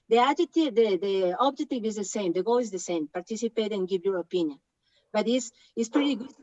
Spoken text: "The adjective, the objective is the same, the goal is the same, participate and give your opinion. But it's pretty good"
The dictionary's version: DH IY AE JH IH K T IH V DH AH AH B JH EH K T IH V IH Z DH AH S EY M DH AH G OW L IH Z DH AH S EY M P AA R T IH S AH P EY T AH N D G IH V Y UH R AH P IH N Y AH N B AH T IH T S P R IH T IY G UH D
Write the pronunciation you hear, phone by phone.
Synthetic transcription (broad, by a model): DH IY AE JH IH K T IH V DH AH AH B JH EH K T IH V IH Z DH AH S EY M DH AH G OW L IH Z DH AH S EY M P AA R T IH S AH P EY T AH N G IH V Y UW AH P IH N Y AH N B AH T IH S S P R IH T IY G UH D